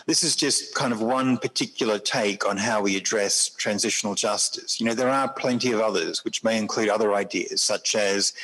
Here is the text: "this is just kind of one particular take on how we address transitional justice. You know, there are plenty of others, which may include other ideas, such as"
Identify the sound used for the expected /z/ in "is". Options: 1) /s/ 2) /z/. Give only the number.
2